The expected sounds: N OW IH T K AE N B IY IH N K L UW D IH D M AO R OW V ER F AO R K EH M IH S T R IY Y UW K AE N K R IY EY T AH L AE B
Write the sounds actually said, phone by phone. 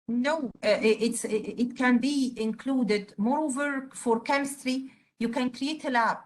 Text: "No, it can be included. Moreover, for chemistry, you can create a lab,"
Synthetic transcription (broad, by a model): N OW IH T K AE N B IY IH N K L UW D IH D M AO R OW V ER F AO R K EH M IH S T R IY Y UW K AE N K R IY EY T AH L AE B